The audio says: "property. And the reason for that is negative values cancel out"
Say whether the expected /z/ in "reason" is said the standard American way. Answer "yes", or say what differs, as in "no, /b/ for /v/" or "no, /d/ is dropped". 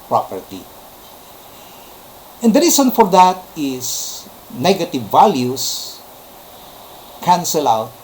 no, /s/ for /z/